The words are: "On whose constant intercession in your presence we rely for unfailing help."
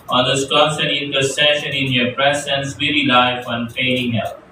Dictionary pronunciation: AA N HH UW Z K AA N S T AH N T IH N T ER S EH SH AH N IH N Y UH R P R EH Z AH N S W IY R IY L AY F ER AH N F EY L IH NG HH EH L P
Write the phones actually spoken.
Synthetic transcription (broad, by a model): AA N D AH S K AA S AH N IH N T ER S EH SH AH N IH N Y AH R P R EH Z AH N S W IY R IY L AY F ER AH N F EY IH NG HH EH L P